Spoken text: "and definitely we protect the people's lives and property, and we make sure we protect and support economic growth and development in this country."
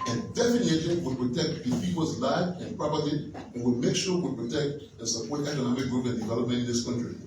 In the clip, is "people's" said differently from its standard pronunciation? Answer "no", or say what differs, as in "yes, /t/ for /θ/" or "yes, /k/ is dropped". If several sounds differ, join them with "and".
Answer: yes, /f/ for /p/ and /l/ is dropped